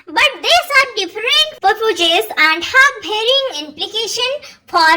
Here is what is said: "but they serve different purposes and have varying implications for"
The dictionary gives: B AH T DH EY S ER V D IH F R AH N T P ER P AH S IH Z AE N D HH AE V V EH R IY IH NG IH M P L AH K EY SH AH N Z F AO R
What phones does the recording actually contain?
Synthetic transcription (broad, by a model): B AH T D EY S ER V D IH F R AH N T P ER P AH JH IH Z AE N D HH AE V B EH R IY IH NG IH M P L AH K EY SH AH N F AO R